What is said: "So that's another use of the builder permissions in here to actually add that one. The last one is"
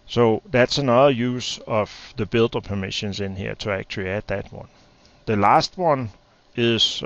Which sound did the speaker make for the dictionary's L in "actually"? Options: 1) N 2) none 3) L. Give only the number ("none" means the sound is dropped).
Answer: 2